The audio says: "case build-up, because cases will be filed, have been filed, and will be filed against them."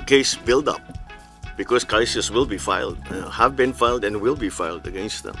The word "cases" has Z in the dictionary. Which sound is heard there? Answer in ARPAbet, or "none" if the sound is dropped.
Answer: S